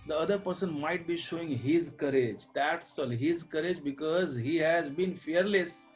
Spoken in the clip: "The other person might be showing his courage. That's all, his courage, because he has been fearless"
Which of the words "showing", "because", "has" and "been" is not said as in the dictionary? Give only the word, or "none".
none